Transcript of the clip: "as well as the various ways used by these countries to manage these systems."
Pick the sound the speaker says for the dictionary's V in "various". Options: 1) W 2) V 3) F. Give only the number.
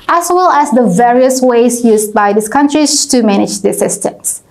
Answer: 2